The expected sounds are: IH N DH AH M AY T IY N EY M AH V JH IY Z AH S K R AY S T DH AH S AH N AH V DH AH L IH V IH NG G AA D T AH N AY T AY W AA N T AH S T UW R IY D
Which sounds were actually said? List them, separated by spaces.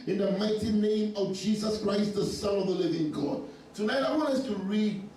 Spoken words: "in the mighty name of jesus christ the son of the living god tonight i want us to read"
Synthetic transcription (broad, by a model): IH N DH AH M AY T IY N EY M AH V JH IY Z AH S K R AY S T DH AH S AH N AH V DH AH L IH V IH NG G AA D T AH N AY T AY W AA N T AH S T UW R IY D